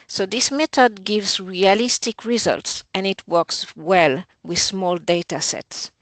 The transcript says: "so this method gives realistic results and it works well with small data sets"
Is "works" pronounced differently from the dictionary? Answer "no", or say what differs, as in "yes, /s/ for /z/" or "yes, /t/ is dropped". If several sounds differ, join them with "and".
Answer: no